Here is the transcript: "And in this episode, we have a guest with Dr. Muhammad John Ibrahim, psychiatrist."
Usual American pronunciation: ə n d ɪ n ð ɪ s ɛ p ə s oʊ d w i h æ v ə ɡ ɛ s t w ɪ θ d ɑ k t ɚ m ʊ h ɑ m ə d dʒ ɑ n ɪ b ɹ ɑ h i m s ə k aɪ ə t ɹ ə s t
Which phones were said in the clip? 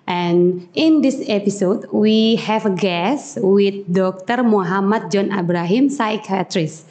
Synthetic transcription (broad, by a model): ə n ɪ n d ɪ s ɛ p ə s oʊ d w i h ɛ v ə ɡ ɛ s w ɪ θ d ɑ k t ɚ m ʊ h ɑ m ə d dʒ ɑ n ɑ b ɹ ɑ h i m s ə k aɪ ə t ɹ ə s